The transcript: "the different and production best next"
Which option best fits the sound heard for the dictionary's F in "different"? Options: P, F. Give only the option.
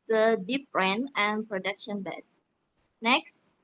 P